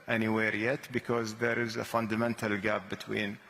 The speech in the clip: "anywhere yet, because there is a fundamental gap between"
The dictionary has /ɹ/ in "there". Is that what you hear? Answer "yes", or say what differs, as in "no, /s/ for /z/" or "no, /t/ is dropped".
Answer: yes